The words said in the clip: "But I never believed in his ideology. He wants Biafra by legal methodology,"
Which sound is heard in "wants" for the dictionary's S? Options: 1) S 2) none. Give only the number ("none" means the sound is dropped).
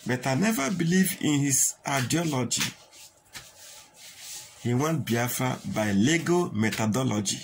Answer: 2